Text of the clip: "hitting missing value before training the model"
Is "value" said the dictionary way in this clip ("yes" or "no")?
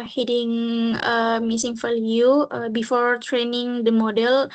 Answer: no